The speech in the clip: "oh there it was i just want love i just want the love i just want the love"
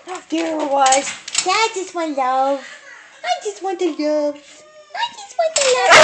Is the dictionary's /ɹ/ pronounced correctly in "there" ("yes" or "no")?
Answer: no